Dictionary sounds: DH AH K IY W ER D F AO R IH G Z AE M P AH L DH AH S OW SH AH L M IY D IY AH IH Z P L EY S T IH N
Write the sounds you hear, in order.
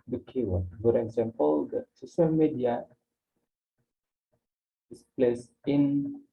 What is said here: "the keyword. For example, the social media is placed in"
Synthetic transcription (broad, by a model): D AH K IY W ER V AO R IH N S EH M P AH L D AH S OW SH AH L M IY D IY AH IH S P L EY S IH N